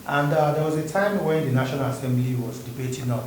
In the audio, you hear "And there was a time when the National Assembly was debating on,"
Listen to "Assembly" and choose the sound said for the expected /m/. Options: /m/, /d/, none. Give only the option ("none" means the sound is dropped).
/m/